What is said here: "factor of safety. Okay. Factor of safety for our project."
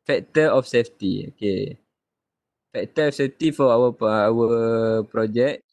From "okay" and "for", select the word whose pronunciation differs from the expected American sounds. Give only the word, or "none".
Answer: for